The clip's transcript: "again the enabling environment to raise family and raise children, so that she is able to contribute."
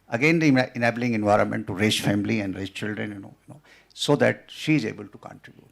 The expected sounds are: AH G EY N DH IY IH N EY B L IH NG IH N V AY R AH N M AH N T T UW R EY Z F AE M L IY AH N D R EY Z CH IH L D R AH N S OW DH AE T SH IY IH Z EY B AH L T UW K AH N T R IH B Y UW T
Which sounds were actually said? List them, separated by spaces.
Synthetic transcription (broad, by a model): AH G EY N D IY IH N EY B L IH NG IH N V AY R AH N M AH N T T UW R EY S F AE M L IY AH N D R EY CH CH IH L D R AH N S OW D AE T SH IY IH Z EY B AH L T UW K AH N T R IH B Y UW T